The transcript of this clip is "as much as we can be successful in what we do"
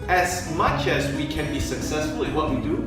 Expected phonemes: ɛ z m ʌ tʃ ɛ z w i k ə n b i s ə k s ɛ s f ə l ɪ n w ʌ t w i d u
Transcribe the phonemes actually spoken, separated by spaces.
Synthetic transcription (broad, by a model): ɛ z m ʌ tʃ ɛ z w i k ə n b i s ə k s ɛ s f ə l ɪ n w ʌ t w i d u